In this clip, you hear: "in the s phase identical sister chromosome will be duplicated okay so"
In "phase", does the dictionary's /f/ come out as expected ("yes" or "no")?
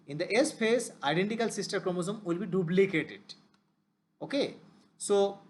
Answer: no